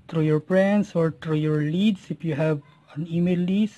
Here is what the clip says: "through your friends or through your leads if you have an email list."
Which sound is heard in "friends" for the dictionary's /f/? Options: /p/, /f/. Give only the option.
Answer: /p/